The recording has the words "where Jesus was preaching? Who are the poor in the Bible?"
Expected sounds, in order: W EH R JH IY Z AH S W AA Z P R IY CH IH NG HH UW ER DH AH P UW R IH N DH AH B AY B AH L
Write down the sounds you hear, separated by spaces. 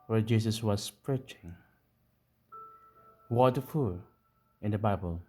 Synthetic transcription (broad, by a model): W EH JH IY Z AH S W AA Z P R IY CH IH NG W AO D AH F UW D IH N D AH B AY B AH L